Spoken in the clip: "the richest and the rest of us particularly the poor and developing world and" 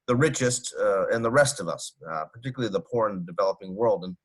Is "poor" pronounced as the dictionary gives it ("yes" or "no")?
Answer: yes